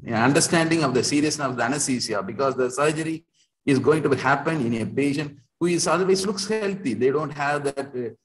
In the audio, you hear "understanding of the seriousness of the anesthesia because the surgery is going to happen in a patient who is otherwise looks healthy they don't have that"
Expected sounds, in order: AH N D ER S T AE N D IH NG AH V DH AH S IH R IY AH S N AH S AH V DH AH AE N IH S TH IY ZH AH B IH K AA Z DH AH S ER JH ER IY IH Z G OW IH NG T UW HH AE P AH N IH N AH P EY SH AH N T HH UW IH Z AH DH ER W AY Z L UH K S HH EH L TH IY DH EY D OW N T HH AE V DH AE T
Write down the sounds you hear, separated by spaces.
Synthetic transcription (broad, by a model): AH N D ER S T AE N D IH NG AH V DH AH S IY R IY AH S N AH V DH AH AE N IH S S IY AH B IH K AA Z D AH S ER JH ER IY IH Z G OW IH NG T UW HH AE P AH N IH N AH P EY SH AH N HH UW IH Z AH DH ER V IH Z L UH K S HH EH L T IY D EY D OW N T HH AE V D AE T